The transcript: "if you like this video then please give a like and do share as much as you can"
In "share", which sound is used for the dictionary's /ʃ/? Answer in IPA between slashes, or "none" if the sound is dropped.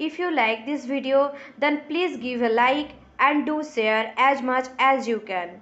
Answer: /s/